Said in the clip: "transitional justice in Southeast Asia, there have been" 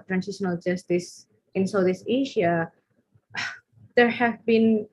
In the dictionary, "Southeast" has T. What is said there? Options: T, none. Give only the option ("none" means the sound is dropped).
none